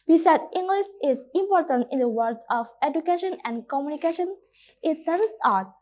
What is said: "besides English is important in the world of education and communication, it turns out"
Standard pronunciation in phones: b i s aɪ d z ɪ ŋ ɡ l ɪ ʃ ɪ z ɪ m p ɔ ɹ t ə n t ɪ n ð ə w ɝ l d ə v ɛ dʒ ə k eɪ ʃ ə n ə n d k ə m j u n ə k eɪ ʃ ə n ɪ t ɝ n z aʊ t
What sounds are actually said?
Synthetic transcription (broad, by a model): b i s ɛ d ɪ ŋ ɡ l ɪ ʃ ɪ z ɪ m p ɔ ɹ t ə n t ɪ n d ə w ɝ d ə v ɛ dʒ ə k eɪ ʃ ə n ə n d k ə m j u n ə k eɪ ʃ ə n ɪ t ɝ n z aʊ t